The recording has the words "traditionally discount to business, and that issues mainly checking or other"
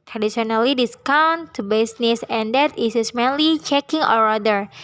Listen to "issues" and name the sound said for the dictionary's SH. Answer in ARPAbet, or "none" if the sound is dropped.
S